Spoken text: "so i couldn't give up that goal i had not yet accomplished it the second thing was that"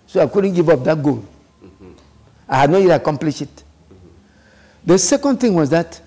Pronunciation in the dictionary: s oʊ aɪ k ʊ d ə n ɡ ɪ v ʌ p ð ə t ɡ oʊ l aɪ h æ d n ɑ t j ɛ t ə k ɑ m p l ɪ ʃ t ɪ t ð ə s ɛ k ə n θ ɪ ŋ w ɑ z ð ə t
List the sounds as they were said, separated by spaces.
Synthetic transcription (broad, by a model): s oʊ aɪ k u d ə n ɡ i v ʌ p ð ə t ɡ oʊ l aɪ h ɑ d n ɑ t j ɛ t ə k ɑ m p l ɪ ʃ ɪ t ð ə s ɛ k ə n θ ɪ ŋ w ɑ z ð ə t